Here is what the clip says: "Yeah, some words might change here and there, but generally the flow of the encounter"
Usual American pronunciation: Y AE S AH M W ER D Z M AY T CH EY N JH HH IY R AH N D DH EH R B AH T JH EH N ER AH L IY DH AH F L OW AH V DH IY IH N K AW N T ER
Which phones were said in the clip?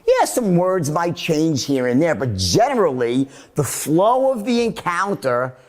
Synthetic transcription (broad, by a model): Y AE S AH M W ER D Z M AY T CH EY N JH HH IY R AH N DH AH R B AH T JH EH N ER L IY DH AH F L OW AH V DH IY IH N K AW N T ER